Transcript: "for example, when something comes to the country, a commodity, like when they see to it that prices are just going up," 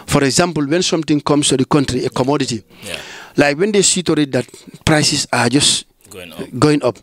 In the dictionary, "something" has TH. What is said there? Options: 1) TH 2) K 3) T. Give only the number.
3